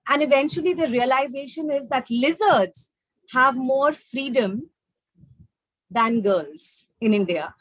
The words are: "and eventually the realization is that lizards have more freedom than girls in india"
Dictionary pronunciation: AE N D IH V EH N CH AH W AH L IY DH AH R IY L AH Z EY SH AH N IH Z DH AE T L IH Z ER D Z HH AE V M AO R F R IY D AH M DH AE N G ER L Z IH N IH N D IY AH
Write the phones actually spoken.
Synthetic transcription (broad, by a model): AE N D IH V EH N CH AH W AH L IY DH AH R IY L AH Z EY SH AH N IH Z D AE T L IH Z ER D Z HH AE V M AO R F R IY D AH M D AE N G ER L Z IH N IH N D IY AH